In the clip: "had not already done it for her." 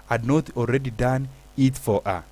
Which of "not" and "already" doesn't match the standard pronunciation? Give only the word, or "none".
already